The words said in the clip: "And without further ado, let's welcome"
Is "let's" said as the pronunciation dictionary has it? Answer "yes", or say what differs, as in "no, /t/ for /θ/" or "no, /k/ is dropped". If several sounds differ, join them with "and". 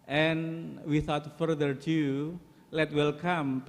no, /s/ is dropped